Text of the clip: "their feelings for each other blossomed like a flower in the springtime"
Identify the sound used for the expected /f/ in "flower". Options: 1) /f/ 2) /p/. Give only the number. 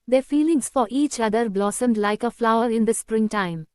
1